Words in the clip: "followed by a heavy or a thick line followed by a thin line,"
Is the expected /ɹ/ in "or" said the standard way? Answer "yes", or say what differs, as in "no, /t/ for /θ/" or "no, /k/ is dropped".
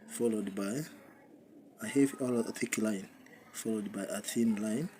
no, /l/ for /ɹ/